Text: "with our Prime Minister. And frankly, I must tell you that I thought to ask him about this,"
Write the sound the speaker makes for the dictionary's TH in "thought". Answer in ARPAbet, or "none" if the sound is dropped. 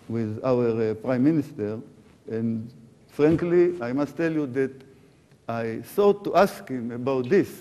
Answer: S